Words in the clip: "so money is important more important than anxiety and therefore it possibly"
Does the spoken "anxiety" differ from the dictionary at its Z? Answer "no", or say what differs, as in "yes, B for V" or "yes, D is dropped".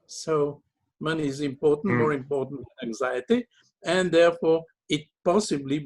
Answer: no